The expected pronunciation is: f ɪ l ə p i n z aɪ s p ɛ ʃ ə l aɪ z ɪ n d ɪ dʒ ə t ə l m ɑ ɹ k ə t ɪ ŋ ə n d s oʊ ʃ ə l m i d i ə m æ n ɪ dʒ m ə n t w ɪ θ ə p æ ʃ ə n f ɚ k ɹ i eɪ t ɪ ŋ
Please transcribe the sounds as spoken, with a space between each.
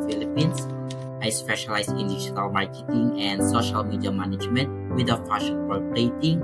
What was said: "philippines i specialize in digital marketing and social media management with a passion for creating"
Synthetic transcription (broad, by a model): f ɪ l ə p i n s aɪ s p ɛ ʃ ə l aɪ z ɪ n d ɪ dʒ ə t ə l m ɑ ɹ k ə t ɪ ŋ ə n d s oʊ ʃ ə l m i d i ə m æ n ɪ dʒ m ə n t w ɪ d ə f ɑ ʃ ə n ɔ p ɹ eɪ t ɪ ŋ